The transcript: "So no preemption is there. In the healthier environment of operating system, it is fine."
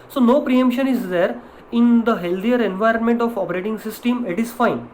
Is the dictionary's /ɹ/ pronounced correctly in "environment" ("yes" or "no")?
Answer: yes